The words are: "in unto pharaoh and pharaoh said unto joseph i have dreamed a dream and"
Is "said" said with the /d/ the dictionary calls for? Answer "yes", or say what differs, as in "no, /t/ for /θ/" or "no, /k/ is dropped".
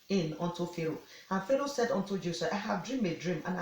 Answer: yes